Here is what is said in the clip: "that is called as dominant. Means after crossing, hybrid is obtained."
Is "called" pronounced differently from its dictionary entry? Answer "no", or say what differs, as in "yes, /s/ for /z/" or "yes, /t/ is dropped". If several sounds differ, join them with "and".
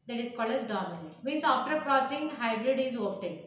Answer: yes, /d/ is dropped